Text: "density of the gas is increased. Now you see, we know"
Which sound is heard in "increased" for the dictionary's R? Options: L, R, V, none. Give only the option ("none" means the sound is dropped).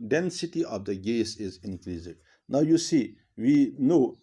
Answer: L